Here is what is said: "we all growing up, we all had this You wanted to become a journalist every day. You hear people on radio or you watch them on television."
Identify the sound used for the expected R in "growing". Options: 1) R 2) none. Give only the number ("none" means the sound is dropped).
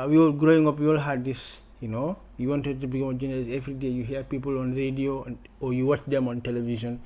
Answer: 1